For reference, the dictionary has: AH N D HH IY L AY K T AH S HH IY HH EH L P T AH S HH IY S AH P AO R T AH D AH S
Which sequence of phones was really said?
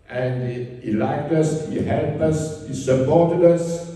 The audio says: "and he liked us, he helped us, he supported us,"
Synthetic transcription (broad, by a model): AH N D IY L AY K T AH S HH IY HH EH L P AH S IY S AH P AO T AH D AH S